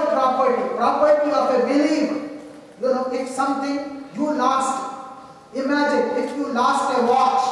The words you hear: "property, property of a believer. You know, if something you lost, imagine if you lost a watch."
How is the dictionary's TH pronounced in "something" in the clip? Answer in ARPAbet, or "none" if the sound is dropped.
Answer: T